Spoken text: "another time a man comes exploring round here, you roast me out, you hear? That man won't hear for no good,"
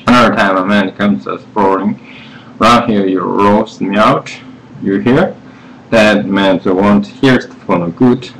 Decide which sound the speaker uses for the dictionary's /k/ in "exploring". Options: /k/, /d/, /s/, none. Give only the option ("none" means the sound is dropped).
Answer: none